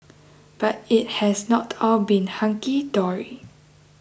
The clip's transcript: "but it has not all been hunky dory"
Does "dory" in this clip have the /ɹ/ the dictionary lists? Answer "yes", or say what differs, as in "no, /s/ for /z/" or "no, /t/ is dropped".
yes